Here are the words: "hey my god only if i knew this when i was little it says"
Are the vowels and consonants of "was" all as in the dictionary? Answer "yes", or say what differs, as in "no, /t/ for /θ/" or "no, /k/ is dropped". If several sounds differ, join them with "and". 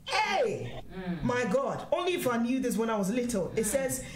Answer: yes